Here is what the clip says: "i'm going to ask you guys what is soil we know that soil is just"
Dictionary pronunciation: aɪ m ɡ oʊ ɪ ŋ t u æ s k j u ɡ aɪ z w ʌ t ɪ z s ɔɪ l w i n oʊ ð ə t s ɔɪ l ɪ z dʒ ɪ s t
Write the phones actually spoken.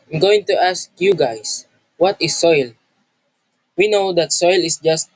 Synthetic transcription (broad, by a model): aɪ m ɡ oʊ ɪ ŋ t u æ s k j u ɡ aɪ s w ʌ t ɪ s ɔɪ l w i n oʊ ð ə t s ɔɪ l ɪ s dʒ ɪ s t